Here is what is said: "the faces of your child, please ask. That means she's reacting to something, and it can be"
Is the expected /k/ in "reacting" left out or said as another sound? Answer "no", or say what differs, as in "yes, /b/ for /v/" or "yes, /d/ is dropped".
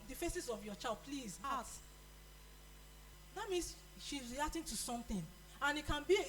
yes, /k/ is dropped